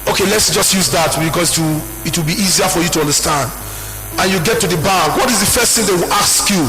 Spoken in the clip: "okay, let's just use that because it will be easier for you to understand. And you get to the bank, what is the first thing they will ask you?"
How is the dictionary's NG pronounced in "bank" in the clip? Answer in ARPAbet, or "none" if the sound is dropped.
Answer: none